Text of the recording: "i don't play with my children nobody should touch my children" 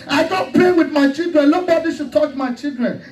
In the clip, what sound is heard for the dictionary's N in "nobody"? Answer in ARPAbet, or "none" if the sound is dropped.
L